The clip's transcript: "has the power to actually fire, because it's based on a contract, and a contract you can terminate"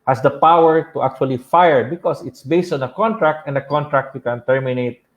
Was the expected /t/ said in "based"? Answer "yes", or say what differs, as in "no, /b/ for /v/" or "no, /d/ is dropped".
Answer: yes